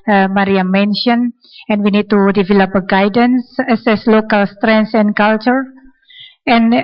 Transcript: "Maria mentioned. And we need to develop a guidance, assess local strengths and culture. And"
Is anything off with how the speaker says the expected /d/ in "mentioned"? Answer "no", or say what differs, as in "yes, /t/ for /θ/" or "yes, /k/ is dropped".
yes, /d/ is dropped